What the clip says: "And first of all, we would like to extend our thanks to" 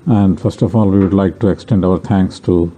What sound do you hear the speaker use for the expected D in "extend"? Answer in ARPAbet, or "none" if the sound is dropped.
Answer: D